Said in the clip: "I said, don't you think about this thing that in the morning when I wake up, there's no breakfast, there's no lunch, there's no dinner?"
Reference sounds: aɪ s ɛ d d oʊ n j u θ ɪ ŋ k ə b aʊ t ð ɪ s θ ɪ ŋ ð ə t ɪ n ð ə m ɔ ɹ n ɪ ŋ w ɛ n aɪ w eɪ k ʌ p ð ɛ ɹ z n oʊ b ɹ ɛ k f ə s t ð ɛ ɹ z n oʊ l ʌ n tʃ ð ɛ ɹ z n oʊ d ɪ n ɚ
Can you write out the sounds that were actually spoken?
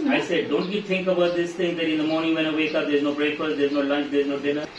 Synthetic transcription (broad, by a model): aɪ s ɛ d d oʊ n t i t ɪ ŋ k ə b aʊ t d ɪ s t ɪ ŋ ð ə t ɪ n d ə m ɔ ɹ n ɪ ŋ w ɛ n aɪ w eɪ k ʌ p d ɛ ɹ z n oʊ b ɹ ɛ k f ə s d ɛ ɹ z n oʊ l ʌ n tʃ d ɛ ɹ z n oʊ d ɪ n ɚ